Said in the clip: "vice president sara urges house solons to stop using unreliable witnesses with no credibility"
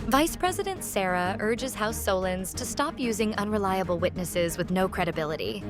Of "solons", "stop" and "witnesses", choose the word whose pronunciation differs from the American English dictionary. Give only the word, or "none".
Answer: none